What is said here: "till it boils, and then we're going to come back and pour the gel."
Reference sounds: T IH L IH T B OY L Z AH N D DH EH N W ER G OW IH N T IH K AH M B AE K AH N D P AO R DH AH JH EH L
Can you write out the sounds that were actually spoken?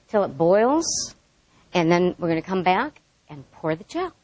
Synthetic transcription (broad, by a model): T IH L IH T B OY L Z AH N DH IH N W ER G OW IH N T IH K AH M B AE K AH N P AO R DH AH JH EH